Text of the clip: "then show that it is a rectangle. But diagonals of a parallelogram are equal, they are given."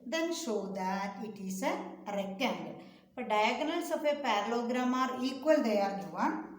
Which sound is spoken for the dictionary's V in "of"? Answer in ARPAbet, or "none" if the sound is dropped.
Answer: P